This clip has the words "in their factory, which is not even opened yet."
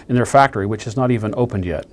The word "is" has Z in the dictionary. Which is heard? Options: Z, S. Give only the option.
Z